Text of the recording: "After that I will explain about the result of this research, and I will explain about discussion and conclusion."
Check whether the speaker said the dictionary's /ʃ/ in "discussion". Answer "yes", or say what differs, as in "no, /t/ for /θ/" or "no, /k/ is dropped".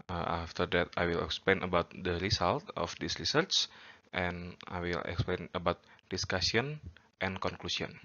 no, /s/ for /ʃ/